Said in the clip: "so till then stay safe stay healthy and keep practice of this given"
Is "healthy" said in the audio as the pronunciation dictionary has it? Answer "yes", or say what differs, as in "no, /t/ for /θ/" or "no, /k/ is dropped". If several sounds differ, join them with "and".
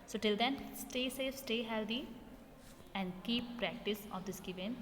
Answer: no, /t/ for /θ/